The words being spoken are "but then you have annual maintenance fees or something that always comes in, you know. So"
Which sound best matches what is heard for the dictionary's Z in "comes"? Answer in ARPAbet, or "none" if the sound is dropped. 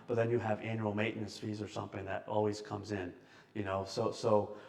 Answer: Z